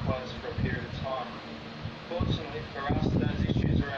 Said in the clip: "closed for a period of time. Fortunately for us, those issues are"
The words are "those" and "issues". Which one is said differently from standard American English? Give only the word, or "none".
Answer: none